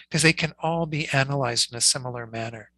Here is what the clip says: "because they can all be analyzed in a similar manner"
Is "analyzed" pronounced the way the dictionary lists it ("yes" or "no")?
yes